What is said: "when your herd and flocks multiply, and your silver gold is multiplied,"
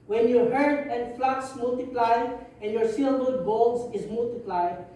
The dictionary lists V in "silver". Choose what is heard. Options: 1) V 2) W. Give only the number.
2